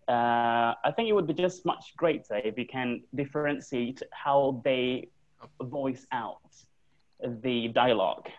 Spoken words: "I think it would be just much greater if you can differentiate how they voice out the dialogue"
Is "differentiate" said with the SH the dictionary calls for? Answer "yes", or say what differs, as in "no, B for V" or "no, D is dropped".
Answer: no, S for SH